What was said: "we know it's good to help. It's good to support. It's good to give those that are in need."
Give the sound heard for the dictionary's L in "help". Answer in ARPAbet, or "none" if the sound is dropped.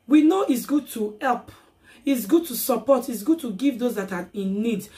L